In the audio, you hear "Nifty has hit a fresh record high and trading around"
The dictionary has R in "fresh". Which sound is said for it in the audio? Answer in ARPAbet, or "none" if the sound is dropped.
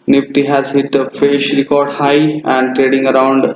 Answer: none